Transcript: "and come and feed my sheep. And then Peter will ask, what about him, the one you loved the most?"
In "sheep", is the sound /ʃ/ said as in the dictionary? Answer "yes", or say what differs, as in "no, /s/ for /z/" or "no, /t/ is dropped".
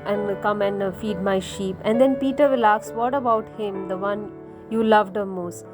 yes